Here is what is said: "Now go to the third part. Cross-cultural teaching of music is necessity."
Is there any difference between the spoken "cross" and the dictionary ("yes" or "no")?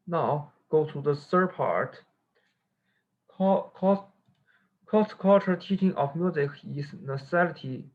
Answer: yes